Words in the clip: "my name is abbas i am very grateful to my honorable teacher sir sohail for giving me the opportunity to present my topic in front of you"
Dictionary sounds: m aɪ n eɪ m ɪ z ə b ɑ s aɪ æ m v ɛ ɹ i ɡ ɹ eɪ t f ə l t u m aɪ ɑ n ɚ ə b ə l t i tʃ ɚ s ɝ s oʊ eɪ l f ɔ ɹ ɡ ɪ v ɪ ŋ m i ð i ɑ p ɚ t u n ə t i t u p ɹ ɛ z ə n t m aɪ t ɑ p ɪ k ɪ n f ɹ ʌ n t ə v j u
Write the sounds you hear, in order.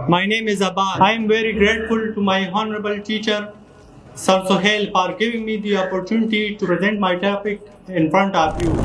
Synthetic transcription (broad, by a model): m aɪ n eɪ m ɪ z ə b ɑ aɪ m v ɛ ɹ i ɡ ɹ eɪ t f ə l t u m aɪ ɑ n ɚ ə b ə l t i tʃ ɚ s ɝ s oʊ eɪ l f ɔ ɹ ɡ ɪ v ɪ ŋ m i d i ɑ p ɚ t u n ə t i t u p ɹ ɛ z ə n t m aɪ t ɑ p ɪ k ɪ n f ɹ ʌ n t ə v j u